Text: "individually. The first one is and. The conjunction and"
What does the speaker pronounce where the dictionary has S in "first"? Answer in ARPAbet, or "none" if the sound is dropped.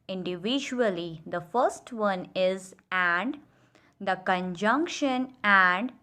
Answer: S